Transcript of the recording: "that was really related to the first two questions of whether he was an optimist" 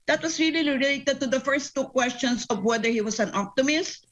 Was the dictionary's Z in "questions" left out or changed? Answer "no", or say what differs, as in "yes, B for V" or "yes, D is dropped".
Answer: yes, S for Z